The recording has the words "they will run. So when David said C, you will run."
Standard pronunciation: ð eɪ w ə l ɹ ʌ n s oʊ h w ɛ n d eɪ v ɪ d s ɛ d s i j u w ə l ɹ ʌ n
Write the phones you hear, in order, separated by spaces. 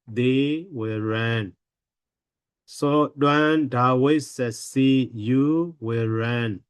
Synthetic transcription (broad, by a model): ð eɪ w ə l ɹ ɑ n s oʊ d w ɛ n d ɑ w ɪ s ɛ s i j u w ə l ɹ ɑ n